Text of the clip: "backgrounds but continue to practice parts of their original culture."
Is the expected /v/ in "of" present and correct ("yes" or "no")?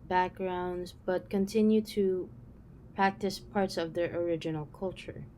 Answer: yes